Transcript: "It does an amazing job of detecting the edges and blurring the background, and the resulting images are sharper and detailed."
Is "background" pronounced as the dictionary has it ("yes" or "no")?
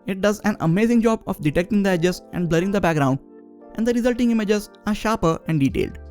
yes